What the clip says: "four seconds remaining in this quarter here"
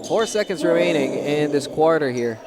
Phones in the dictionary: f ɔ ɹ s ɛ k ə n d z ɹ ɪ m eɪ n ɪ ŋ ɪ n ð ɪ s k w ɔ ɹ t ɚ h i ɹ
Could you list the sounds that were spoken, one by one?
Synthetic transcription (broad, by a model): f ɔ ɹ s ɛ k ə n d z ɹ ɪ m eɪ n ɪ ŋ ɪ n ð ɪ s k w ɔ ɹ t ɚ h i ɹ